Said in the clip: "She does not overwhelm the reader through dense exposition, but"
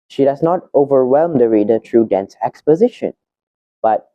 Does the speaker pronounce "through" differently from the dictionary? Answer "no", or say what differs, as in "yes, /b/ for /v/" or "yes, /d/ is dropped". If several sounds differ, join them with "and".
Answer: yes, /t/ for /θ/